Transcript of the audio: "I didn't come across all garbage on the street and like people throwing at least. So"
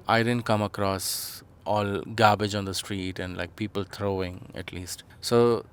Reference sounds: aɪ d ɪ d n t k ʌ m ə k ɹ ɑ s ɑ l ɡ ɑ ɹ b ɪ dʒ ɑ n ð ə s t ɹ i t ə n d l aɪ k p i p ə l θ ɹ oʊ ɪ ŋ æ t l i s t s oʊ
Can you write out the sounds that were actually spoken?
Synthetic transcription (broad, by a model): aɪ d ɪ d n t k ʌ m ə k ɹ ɑ s ɑ l ɡ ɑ b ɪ dʒ ɑ n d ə s t ɹ i t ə n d l aɪ k p i p ə l t ɹ oʊ ɪ ŋ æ t l i s t s oʊ